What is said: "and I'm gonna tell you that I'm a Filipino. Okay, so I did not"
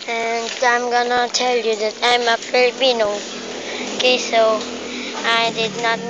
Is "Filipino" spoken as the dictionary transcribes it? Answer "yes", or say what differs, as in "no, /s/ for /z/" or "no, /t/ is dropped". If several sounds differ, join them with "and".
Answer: no, /b/ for /p/